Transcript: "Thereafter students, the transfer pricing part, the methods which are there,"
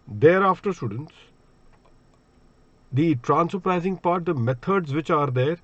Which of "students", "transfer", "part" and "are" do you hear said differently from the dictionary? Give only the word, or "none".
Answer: transfer